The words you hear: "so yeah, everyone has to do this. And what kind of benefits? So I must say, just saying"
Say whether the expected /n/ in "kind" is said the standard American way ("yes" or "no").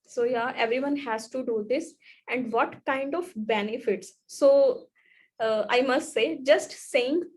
yes